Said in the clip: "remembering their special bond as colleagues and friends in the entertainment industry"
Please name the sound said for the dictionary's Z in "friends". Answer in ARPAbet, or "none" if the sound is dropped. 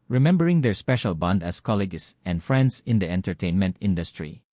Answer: S